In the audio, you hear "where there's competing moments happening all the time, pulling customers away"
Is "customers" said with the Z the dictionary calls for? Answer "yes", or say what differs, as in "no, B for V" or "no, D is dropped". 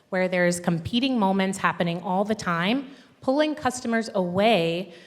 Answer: yes